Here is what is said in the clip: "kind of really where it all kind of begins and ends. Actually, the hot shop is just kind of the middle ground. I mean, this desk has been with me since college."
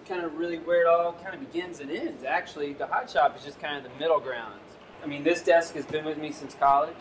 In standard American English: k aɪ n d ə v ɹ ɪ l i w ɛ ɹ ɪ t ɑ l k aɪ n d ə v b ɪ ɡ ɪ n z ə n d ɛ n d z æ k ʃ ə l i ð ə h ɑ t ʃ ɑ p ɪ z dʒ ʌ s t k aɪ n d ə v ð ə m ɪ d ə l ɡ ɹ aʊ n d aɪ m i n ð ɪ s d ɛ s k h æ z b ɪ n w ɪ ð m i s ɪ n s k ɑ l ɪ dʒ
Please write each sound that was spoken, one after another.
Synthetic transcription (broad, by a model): k aɪ n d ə ɹ ɪ l i w ɛ ɹ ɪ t ɑ l k aɪ n d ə b ɪ ɡ ɪ n z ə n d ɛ n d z æ k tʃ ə l i ð ə h ɑ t ʃ ɑ p ɪ z dʒ ʌ s k aɪ n d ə ð ə m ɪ d l ɡ ɹ aʊ n d aɪ m i n ð ɪ s d ɛ s k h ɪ z b ɪ n w ɪ ð m i s ɪ n s k ɑ l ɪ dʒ